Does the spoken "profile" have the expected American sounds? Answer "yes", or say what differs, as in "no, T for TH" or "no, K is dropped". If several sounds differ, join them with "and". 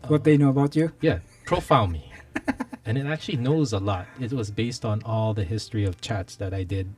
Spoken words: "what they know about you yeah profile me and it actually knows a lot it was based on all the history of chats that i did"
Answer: no, N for L